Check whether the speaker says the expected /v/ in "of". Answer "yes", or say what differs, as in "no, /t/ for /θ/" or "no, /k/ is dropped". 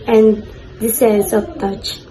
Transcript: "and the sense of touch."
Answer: no, /p/ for /v/